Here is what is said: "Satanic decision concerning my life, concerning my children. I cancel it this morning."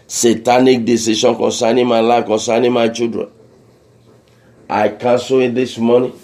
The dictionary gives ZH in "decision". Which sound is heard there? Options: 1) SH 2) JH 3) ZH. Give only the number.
1